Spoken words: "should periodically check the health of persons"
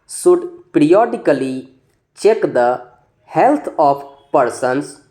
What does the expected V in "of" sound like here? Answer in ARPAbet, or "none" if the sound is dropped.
P